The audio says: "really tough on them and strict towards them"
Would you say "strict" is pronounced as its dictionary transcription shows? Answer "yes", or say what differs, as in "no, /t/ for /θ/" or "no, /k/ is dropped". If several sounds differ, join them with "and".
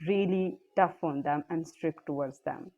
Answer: yes